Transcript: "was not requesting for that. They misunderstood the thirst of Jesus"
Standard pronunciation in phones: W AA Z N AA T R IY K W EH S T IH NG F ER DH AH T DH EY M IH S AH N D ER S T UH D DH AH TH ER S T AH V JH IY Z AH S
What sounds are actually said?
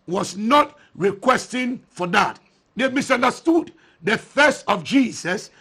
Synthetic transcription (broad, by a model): W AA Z N AA T R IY K W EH S T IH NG F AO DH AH T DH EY M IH S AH N D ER S T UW D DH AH F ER S T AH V JH IY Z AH S